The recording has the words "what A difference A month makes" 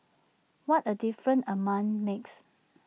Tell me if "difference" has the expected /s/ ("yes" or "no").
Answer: no